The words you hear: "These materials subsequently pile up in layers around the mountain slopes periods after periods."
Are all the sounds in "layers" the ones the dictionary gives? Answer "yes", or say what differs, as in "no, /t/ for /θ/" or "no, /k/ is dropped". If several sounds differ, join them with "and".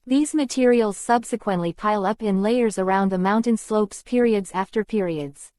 yes